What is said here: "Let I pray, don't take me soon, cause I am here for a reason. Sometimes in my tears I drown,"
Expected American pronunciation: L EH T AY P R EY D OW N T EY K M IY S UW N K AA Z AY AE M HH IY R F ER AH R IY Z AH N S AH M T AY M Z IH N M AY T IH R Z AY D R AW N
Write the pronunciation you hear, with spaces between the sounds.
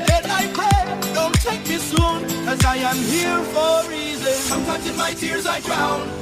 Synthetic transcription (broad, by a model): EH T AY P EY D OW N T EY K M IY S UW N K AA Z AY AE M HH IY R F ER R IY Z AH N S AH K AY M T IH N M AY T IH R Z AY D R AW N